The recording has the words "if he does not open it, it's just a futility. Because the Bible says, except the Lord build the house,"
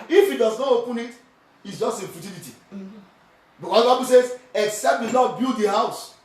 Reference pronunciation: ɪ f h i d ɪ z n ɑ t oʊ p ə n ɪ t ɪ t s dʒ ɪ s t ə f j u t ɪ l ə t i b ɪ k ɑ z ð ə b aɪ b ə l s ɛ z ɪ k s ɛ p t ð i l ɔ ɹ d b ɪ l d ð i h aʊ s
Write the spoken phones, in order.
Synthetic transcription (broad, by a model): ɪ f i d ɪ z n ɑ t oʊ p ə n ɪ t ɪ t s dʒ ɪ s t ə f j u t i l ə t i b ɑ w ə b aɪ b ə l s ɛ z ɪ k s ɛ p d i n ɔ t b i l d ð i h aʊ s